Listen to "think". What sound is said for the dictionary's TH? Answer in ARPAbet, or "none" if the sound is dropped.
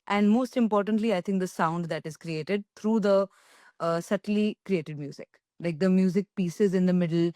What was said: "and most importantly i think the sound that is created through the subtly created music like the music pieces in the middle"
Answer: T